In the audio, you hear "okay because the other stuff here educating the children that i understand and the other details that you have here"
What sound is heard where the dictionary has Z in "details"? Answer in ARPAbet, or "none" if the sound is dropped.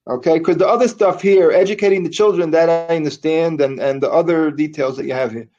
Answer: Z